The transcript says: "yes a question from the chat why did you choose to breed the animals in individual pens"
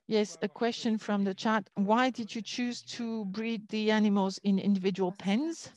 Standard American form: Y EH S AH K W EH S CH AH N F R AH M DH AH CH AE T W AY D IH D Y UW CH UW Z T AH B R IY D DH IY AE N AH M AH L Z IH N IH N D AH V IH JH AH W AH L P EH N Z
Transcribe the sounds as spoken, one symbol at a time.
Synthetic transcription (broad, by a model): Y EH S AH K W EH S CH AH N F R AH M DH AH CH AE T W AY D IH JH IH CH UW Z T AH B R IY D DH IY AE N AH M AH L Z IH N IH N D AH V IH JH AH W AH L P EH N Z